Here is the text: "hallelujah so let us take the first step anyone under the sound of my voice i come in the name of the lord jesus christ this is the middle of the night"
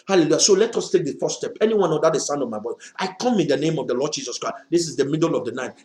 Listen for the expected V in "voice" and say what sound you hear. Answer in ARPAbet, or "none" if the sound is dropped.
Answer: B